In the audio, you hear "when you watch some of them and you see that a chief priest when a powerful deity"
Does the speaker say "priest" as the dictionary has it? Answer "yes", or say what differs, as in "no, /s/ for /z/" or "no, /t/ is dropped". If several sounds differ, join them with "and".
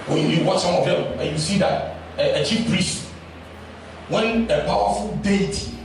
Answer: yes